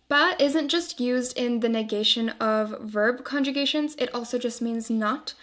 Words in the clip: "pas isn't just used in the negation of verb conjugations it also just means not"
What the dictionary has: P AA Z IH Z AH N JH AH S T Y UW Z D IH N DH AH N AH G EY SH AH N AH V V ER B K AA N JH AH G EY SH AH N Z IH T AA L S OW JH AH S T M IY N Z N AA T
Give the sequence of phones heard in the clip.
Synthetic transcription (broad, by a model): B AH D IH Z AH N JH AH S T Y UW Z D IH N DH AH N AH G EY SH AH N AH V V ER B K AA N JH AH G EY SH AH N Z IH T AA L S OW JH AH S T M IY N Z N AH T